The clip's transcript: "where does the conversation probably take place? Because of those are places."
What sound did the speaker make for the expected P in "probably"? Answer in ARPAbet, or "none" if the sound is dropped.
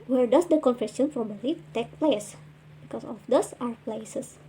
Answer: F